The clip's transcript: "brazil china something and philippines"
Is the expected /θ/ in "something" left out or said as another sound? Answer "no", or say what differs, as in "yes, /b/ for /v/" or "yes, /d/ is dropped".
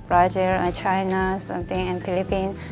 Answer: yes, /t/ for /θ/